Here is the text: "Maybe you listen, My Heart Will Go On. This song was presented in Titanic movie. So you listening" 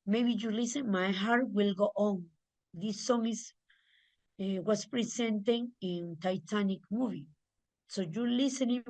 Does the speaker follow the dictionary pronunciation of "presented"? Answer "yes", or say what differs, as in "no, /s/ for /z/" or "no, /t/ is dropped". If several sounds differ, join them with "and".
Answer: no, /s/ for /z/